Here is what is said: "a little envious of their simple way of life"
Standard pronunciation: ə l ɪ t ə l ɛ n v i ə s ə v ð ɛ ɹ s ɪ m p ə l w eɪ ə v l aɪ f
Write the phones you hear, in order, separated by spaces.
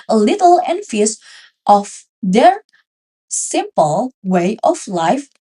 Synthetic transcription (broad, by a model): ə l ɪ t ə l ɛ n f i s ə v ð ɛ ɹ s ɪ m p ə l w eɪ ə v l aɪ f